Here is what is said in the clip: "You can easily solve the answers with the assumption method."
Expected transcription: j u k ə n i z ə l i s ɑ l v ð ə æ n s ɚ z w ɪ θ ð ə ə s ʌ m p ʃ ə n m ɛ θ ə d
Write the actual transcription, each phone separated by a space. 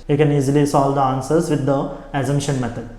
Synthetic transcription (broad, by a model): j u k ə n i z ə l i s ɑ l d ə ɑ n s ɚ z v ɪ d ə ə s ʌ m ʃ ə n m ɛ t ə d